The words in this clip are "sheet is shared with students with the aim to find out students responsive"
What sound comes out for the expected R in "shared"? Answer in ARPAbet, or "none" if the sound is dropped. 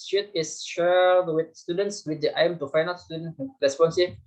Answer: L